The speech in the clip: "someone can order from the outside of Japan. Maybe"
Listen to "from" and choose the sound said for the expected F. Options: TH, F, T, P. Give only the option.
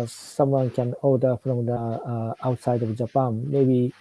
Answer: P